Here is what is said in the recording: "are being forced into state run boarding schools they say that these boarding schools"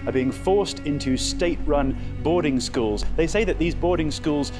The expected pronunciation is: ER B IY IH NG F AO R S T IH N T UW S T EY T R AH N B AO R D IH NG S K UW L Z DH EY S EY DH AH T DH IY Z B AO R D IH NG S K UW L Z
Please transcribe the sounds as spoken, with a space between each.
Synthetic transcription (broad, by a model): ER B IY IH NG F AO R S T IH N T UW S T EY T R AH N B AO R D IH NG S K UW L Z DH EY S EY DH AH T DH IY Z B AO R D IH NG S K UW L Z